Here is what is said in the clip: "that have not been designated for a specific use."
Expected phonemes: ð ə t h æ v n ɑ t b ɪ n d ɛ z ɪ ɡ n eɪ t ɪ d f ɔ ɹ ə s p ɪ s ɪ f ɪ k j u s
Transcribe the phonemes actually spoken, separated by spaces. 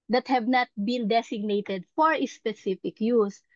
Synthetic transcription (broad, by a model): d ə t h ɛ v n ɑ t b ɪ n d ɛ s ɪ ɡ n eɪ t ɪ d f ɔ ɹ ə s p ɪ s ɪ f ɪ k j u s